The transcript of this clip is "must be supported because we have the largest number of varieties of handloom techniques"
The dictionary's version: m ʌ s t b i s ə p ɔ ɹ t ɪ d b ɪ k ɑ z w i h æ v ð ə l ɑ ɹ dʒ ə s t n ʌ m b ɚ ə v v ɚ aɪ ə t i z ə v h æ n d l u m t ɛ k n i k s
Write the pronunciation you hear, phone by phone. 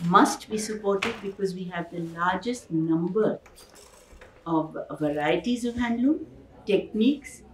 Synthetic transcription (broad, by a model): m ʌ s t b i s ə p ɔ ɹ t ɪ d b ɪ k ɑ z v i h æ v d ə l ɑ ɹ dʒ ə s t n ʌ m b ɚ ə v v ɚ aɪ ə t i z ə v h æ n d l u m t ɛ k n i k s